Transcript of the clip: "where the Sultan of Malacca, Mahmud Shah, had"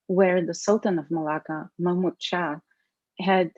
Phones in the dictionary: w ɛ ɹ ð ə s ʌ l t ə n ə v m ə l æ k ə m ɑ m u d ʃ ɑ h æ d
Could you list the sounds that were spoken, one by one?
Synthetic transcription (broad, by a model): w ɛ ɹ ð ə s ʌ l t ə n ə v m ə l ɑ k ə m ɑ m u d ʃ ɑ h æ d